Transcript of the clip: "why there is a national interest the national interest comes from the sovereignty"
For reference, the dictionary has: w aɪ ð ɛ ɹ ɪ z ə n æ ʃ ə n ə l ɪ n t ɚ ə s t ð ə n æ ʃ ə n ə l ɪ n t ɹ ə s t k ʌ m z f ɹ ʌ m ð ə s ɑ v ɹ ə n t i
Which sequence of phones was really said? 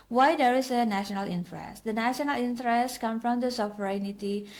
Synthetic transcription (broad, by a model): w aɪ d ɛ ɹ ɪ s ə n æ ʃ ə n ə l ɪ n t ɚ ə s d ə n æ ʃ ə n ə l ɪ n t ɹ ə s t k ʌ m f ɹ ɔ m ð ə s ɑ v ɹ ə n t i